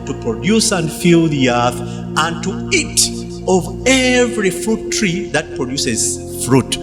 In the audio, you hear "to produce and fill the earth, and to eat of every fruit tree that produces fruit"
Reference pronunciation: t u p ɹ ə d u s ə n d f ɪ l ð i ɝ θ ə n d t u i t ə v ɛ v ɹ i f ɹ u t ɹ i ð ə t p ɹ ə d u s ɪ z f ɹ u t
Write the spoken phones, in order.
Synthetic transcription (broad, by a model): t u p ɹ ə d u s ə n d f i l ð i ɝ θ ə n t u i t ə v ɛ v ɹ i f ɹ u t ɹ i ð ə t p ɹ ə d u s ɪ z f ɹ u t